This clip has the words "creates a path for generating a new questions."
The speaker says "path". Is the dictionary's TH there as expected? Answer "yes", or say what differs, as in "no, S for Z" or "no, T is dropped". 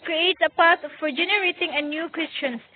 no, T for TH